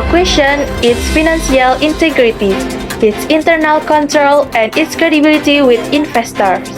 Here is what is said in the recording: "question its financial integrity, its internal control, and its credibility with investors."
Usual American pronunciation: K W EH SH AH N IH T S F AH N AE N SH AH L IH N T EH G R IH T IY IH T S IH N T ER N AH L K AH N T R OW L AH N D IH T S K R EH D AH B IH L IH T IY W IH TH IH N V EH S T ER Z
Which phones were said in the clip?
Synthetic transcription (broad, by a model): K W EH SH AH N IH T S F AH N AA N S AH L IH N T EH G R IH T IY IH T S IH N T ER N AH L K AH N T R OW L AH N D IH T S K R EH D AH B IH L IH T IY W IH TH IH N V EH S T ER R